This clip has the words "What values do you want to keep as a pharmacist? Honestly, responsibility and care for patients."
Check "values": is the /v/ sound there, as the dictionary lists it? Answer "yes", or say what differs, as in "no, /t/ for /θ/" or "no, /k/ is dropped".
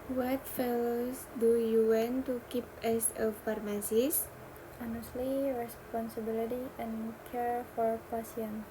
no, /f/ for /v/